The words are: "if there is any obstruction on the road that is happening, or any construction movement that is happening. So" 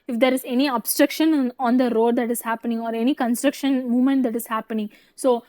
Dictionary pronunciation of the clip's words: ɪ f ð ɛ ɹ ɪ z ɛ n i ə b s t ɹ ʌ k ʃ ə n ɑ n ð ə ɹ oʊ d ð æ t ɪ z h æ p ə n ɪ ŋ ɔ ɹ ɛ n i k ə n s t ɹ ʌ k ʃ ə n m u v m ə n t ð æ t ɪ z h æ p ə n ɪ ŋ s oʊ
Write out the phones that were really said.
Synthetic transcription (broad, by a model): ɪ f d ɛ ɹ ɪ z ɛ n i ə b s t ɹ ʌ k ʃ ə n ɑ n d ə ɹ oʊ d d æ t ɪ z h æ p ə n ɪ ŋ ɔ ɹ ɛ n i k ə n s t ɹ ʌ k ʃ ə n m u v m ə n t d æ t ɪ z h æ p ə n ɪ ŋ s oʊ